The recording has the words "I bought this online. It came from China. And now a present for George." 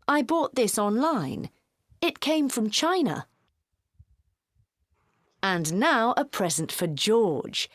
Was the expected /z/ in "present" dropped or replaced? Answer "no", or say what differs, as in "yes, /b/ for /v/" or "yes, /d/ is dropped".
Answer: no